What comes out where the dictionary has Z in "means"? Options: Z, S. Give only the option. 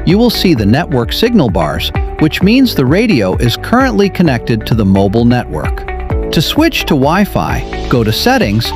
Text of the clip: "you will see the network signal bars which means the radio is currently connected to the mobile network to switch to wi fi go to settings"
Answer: Z